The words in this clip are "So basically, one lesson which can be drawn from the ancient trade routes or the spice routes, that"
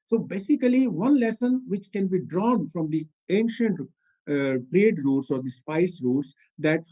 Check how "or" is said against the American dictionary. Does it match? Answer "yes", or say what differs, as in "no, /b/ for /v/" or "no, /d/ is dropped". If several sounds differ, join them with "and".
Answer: yes